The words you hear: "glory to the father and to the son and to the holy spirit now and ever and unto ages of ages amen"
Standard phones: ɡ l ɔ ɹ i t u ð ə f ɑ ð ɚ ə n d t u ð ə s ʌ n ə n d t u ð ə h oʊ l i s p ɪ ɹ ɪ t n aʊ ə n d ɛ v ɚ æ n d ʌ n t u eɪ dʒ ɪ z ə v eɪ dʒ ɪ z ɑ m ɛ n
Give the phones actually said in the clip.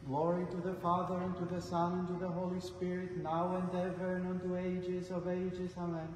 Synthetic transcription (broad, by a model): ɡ l ɔ ɹ i t u ð ə f ɑ ð ɚ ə n t u ð ə s ʌ n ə n t u ð ə h oʊ l i s p ɪ ɹ ɪ t n aʊ ə n d ɛ v ɚ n ʌ n t u eɪ dʒ ɪ z ə v eɪ dʒ ɪ z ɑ m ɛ n